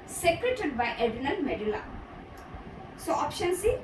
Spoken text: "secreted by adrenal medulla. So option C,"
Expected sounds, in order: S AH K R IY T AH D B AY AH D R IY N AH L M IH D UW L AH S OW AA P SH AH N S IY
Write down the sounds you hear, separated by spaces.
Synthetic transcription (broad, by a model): S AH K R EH T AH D B AY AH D IY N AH N M IH D UW L AH S OW AA P SH AH N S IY